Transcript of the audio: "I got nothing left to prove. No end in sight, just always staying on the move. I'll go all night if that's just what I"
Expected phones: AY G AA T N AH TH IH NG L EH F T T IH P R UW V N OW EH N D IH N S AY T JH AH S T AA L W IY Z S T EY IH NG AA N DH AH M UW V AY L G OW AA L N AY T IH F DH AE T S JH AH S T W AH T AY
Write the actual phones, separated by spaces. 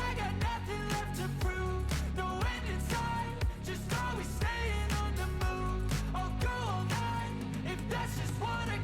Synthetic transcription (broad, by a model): AY G AA T N AH TH IH NG L EH F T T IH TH R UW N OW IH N IH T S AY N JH AH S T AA W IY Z S T EY IH NG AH N DH AH M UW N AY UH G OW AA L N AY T IH F DH AE T S JH AH S T W AH T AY